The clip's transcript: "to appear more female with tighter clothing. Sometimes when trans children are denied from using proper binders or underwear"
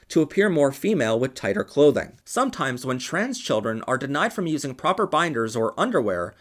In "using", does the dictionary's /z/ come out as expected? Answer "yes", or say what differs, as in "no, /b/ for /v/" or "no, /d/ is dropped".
yes